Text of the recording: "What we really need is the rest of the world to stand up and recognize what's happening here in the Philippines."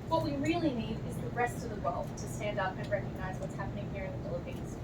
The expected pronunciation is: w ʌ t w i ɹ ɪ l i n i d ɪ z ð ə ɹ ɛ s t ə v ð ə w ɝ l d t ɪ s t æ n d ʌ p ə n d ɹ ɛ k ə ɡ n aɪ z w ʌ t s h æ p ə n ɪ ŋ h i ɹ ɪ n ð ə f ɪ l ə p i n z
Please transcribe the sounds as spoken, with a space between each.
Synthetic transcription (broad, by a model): w ʌ t w i ɹ ɪ l i n i d ɪ z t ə ɹ ɛ s t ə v ð ə w ɝ l d t ɪ s t æ n d ʌ p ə n ɹ ɛ k ə ɡ n aɪ z w ʌ t s h æ p ə n ɪ ŋ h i ɹ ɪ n ð ə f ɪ l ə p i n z